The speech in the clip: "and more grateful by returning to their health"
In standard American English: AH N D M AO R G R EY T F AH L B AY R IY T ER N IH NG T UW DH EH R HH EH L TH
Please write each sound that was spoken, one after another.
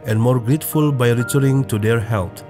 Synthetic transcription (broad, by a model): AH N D M AO R G R EY T F AH L B AY R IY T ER IH NG T UW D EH R HH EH L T